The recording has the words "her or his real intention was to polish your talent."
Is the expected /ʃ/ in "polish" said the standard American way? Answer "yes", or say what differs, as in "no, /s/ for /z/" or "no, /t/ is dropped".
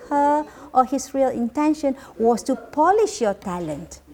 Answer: yes